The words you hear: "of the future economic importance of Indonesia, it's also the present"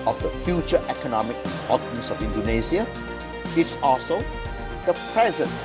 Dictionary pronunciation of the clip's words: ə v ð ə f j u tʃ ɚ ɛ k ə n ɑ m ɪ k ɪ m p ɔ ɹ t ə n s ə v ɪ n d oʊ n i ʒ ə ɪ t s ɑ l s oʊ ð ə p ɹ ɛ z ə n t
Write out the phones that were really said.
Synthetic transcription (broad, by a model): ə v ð ə f j u tʃ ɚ ɛ k ə n ɑ m ɪ k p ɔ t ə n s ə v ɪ n d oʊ n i s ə ɪ t s ɑ l s oʊ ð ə p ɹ ɛ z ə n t